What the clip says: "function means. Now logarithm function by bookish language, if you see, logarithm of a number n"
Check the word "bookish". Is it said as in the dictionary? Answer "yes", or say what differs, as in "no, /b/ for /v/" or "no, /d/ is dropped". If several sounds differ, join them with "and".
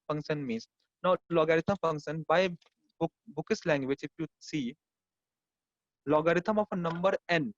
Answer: no, /s/ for /ʃ/